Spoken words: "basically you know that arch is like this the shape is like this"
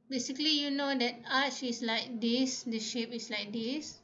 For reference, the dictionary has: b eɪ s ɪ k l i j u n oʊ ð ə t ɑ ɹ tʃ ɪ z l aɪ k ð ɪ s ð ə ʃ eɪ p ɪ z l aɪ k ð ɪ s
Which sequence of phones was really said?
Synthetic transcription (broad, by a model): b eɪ s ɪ k l i j u n oʊ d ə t ɑ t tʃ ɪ s l aɪ k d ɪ s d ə ʃ eɪ p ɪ s l aɪ k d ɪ s